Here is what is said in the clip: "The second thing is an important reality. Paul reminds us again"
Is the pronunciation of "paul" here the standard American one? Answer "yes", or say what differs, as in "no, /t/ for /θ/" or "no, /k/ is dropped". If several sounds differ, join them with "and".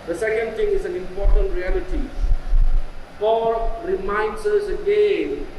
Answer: no, /f/ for /p/